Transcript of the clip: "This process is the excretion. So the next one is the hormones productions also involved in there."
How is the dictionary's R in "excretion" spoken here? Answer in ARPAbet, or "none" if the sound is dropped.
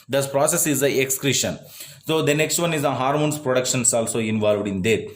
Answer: R